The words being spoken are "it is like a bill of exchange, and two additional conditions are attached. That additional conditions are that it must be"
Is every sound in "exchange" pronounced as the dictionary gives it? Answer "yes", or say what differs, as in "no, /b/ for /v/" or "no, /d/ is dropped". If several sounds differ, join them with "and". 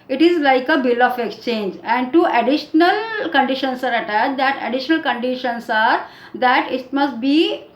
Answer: yes